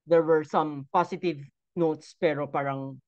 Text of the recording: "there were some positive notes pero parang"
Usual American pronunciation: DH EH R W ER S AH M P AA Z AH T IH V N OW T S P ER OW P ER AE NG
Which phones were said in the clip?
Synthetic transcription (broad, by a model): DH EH R W ER S AH M P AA S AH T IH V N OW T S P ER OW P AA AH NG